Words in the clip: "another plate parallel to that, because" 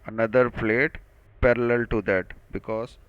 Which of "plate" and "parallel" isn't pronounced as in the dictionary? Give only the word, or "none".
none